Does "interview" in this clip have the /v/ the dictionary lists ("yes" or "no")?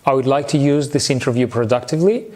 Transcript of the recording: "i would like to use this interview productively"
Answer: yes